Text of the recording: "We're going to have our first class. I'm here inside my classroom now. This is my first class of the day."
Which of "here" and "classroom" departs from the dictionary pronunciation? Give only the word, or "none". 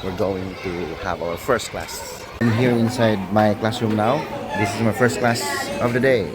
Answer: none